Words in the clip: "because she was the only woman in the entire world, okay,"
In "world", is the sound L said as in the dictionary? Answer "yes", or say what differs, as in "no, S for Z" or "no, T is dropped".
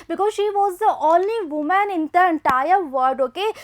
no, L is dropped